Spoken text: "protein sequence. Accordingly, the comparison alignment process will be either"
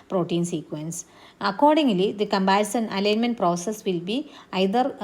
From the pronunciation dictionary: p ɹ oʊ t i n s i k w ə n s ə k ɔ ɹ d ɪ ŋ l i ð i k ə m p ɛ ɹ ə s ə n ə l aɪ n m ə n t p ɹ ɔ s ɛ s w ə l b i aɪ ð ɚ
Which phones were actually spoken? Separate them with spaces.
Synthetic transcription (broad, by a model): p ɹ oʊ t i n s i k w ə n s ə k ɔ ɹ d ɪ ŋ l i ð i k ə m b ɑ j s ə n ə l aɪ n m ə n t p ɹ ɔ s ɛ s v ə l b i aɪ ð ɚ